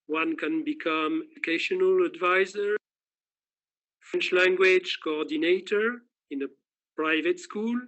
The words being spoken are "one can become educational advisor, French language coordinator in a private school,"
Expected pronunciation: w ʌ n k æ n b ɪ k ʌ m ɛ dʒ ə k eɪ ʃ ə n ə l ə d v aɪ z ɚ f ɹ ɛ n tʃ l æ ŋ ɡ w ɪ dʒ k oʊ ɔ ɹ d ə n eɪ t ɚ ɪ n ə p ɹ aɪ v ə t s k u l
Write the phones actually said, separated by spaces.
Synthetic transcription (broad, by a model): w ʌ n k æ n b ɪ k ʌ m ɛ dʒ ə k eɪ ʃ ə n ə l ə d v aɪ z ɚ f ɹ ɛ n tʃ l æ ŋ ɡ w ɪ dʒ k oʊ ɔ ɹ d ə n eɪ t ɚ ɪ n ə p ɹ aɪ v ə t s k u l